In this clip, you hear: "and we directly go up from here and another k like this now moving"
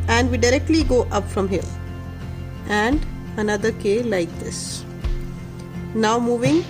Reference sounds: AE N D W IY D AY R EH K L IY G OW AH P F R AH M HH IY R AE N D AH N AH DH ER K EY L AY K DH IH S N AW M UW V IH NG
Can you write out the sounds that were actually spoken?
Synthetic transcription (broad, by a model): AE N D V IY D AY R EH K L IY G OW AH P F R AH M HH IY L AE N D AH N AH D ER K EY L AY K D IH S N AW M UW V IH NG